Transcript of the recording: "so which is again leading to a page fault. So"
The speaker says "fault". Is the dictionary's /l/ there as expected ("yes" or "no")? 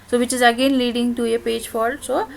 no